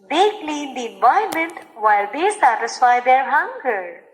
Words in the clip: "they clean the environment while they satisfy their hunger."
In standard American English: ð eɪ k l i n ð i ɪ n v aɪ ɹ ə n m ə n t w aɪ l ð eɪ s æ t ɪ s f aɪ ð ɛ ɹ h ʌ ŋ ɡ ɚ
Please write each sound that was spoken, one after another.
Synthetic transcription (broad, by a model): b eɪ k l i n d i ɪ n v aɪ ə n m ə n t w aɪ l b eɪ s æ t ɪ s f aɪ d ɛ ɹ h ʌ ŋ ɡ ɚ